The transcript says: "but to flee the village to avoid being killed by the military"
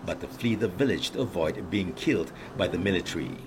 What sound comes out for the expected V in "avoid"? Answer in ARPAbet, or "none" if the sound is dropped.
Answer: V